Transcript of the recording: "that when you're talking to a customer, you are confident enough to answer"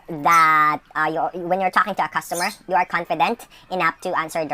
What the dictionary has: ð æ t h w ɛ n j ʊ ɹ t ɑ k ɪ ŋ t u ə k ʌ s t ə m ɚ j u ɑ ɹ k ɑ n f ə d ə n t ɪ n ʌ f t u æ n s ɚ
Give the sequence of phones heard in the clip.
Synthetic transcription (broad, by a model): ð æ t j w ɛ n j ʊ ɹ t ɑ k ɪ ŋ t u ə k ʌ s t ə m ɚ j u ɑ ɹ k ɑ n f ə d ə n t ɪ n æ p t u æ n s ɚ